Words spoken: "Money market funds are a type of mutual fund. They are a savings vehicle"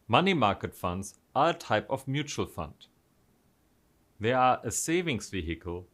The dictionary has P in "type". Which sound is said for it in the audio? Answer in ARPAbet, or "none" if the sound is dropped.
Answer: P